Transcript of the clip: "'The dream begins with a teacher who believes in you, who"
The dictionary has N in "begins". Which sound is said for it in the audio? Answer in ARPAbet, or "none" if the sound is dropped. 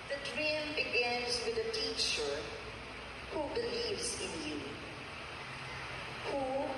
N